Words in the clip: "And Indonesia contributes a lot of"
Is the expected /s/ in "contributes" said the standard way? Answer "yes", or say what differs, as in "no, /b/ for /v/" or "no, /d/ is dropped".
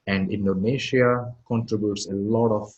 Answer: yes